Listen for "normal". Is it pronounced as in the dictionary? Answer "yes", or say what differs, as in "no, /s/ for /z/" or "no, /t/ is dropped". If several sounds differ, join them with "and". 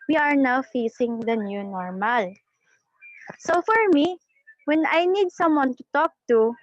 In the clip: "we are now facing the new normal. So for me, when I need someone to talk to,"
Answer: yes